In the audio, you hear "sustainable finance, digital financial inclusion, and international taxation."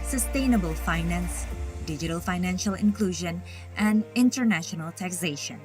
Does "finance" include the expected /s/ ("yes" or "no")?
yes